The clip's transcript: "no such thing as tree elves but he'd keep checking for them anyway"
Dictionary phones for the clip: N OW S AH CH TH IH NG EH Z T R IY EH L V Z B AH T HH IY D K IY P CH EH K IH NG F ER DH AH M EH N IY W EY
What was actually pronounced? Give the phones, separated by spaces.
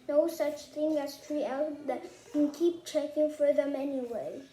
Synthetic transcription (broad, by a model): N OW S AH CH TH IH NG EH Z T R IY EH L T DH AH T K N K IY P CH EH K IH NG F ER DH AH M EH N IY W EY